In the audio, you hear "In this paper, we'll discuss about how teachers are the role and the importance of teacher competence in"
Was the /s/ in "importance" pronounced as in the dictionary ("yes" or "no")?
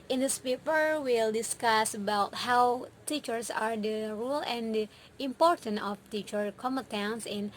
no